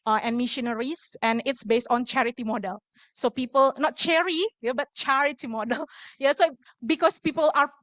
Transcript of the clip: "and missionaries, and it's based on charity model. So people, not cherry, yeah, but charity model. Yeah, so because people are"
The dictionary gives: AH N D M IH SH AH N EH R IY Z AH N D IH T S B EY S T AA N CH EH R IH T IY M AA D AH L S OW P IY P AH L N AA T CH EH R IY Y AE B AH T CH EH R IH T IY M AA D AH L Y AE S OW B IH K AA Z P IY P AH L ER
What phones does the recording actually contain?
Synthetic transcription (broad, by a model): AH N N M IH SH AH N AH R IY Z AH N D IH T S B EY S T AA N CH EH R IH T IY M AA D AH L S OW P IY P AH L N AA T CH EH R IY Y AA B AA T CH EH R IH T IY M AA D AH L Y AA S OW B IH K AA S P IY P AH L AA